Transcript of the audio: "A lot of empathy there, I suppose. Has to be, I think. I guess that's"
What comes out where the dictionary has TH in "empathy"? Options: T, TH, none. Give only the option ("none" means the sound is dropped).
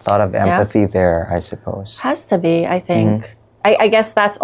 TH